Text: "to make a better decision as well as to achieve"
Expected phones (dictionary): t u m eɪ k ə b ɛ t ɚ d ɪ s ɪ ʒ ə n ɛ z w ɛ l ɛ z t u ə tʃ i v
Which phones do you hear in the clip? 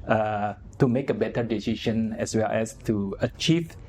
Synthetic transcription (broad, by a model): t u m eɪ k ə b ɛ t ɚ d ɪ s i ʃ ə n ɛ s w ɛ l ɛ s t u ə tʃ i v